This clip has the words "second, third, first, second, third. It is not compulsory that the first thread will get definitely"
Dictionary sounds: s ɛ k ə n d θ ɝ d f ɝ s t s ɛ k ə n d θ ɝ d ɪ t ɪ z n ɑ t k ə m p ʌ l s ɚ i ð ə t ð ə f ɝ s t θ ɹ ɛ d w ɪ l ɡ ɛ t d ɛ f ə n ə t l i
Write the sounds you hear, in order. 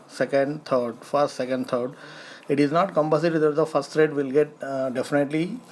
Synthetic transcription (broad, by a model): s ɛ k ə n d t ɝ d f ɝ s t s ɛ k ə n d t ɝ d ɪ t ɪ z n ɑ t k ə m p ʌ s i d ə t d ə f ɝ s t t ɹ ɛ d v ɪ l ɡ ɛ t d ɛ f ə n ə t l i